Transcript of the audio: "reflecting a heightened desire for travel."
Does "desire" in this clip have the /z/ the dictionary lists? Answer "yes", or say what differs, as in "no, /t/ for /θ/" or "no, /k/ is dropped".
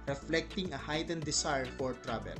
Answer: no, /s/ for /z/